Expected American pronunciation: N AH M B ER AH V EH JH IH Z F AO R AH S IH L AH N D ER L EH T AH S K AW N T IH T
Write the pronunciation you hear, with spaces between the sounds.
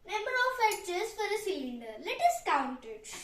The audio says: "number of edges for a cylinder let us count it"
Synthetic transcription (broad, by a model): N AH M B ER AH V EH CH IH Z F AO R AH S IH L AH N D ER L EH T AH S K AW N T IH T